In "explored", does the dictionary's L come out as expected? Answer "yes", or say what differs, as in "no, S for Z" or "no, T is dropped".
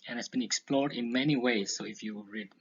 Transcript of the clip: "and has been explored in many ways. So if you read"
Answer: yes